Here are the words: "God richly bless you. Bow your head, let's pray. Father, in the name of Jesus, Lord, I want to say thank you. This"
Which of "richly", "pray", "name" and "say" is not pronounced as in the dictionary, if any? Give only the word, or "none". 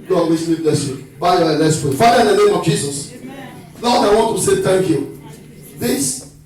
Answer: richly